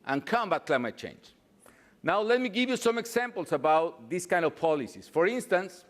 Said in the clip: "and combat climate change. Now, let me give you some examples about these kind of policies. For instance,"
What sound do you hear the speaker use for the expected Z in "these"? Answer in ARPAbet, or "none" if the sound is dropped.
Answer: S